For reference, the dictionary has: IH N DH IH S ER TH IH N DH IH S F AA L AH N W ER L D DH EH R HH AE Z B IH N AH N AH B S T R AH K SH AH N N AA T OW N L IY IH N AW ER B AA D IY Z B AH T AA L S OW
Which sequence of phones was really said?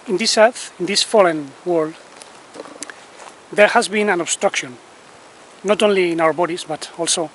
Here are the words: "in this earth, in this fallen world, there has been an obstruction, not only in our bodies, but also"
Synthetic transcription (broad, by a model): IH N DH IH S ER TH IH N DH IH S F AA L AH N W ER L D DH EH R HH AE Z B IH N AH N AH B S T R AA K SH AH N N AA T OW N L IY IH N AW ER B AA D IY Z B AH T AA L S OW